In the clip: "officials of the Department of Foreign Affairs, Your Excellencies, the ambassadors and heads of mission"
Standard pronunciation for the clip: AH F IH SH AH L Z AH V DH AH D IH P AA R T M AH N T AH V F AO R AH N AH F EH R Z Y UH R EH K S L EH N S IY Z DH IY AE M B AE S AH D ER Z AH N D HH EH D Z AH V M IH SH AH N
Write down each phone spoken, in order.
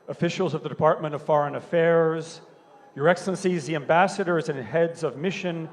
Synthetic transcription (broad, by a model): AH F IH SH L Z AH V DH AH D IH P AA R T M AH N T AH V F AO R AH N AH F EH R Z Y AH R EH K S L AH N S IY Z DH IY AE M B AE S AH D ER Z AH N HH EH D Z AH V M IH SH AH N